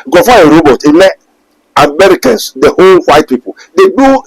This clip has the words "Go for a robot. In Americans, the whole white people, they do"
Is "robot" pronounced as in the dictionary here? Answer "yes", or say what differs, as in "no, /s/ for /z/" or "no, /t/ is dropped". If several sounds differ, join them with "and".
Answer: yes